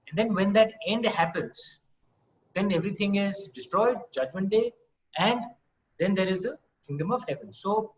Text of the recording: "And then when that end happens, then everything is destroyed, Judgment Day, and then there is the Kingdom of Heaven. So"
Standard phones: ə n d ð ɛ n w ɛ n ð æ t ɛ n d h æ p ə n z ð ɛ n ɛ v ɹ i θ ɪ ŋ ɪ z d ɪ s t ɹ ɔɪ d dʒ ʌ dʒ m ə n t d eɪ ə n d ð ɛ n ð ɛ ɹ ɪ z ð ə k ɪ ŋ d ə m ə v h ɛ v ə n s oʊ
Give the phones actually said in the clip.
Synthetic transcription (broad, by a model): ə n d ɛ n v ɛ n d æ t ɛ n d h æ p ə n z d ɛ n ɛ v ɹ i t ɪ ŋ ɪ z d ɪ s t ɹ ɔɪ d dʒ ʌ dʒ m ə n t d eɪ ə n d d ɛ n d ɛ ɹ ɪ z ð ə k ɪ ŋ d ə m ə v h ɛ v ə n s oʊ